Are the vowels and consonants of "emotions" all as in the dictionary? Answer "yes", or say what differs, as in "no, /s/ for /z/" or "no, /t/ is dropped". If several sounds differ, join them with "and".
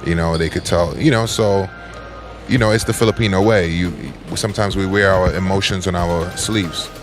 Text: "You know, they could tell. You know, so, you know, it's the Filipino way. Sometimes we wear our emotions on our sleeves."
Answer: yes